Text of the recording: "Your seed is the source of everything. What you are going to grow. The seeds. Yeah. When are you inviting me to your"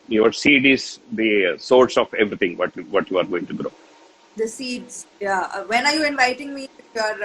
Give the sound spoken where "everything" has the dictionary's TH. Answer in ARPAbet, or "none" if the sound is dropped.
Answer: T